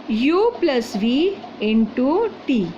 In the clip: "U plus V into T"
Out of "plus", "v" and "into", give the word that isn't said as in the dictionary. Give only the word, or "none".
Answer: none